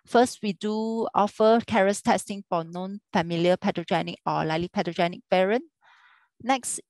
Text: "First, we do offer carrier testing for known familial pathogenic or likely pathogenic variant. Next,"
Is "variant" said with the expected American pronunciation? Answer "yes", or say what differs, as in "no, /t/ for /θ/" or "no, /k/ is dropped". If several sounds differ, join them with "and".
no, /p/ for /v/